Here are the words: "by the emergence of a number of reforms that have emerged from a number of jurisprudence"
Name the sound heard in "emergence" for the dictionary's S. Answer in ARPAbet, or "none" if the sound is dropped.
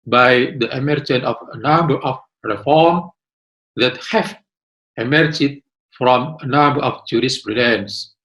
none